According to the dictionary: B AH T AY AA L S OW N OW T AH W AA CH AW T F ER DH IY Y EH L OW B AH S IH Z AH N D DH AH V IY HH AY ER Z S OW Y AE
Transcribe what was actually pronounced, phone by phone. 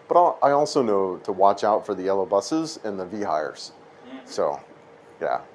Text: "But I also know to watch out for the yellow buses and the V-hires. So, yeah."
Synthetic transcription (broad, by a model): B AH T AY AA L S OW N OW T AH W AA CH AW T F ER DH IY EH L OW B AH S IH Z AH N DH AH V IY HH AY ER Z S OW Y AE